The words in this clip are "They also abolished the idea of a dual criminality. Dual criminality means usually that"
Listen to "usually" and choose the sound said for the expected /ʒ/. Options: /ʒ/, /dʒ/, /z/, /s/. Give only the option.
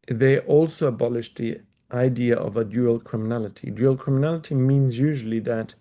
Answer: /ʒ/